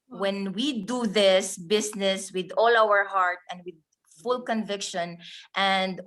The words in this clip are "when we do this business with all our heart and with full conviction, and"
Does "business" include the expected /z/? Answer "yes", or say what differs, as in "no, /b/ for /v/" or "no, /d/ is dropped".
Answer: no, /s/ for /z/